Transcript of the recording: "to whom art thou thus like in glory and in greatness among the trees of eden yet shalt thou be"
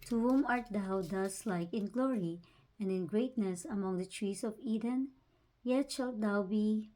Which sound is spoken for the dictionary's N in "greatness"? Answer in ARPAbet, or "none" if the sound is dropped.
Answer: N